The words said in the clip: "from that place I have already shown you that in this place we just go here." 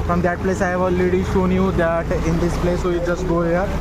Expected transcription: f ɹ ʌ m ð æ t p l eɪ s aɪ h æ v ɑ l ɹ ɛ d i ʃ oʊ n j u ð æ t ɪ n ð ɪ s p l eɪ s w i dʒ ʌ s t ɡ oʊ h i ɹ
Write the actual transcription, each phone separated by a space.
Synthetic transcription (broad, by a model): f ɹ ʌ m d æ t p l eɪ s aɪ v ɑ l ɛ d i ʃ oʊ n j u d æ t ɪ n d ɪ s p l eɪ s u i dʒ ʌ s t ɡ oʊ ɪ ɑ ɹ